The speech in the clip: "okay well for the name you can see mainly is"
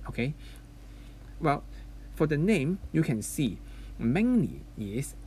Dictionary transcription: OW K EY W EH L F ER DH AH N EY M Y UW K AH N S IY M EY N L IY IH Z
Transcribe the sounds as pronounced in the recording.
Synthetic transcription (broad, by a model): OW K EY W EH L F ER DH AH N EY M Y UW K AH N S IY M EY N N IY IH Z